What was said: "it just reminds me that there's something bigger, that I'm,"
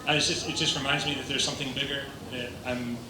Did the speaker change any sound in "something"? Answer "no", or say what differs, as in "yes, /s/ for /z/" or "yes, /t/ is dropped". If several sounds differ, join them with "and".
no